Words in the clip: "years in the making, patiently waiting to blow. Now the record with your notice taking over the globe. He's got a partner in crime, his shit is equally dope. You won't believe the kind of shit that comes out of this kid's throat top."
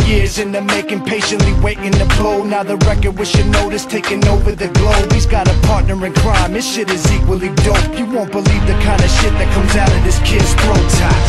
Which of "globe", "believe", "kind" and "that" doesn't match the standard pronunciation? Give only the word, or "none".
none